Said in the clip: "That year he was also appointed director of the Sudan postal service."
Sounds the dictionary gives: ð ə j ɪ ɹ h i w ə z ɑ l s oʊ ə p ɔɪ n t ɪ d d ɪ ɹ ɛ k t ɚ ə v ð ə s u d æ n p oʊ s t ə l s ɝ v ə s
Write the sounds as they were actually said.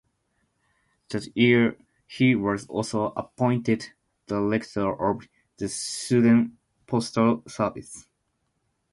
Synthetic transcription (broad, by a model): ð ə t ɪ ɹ h i w ə z ɑ l s oʊ ə p ɔɪ n t ɪ d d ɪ l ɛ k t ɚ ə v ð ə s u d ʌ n p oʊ s t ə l s ɝ v ə s